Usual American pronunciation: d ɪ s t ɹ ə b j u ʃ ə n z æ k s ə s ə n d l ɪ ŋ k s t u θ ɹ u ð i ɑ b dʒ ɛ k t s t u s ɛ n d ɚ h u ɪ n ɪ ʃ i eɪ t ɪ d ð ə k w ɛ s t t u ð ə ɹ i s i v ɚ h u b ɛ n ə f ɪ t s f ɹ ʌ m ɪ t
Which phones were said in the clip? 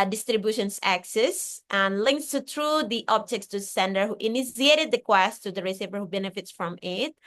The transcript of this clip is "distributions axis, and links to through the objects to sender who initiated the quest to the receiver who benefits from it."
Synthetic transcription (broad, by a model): d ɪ s t ɹ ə b j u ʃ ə n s æ k s ə s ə n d l ɪ ŋ k s t u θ ɹ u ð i ɑ b dʒ ɛ k t s t u s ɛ n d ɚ h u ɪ n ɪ s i eɪ t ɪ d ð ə k w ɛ s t t u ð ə ɹ i s i v ɚ h u b ɛ n ə f ɪ t s f ɹ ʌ m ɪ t